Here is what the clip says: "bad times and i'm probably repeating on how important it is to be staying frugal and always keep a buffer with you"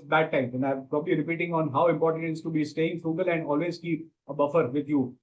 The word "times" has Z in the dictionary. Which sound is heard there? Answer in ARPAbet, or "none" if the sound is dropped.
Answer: none